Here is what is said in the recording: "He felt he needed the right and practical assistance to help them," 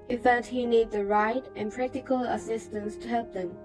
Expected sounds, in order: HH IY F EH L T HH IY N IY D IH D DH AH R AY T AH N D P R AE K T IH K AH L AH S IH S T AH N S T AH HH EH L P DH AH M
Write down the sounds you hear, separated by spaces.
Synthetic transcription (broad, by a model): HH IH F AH T HH IY N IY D D DH AH R AY T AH N P R AE K T IH K AH L AH S IH S T AH N S T AH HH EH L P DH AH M